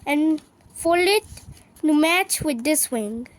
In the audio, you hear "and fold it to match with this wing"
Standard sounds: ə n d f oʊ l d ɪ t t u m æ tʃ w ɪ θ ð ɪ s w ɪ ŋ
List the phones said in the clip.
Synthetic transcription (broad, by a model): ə n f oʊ l ɪ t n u m æ tʃ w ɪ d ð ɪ s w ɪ ŋ